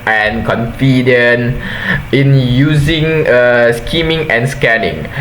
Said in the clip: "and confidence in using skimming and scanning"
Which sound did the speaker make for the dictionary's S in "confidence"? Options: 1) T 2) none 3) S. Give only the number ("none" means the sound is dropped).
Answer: 2